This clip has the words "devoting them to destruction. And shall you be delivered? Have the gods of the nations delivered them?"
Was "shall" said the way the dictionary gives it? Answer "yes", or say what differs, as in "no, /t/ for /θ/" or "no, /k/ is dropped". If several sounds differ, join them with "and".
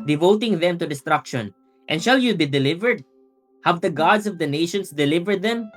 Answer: yes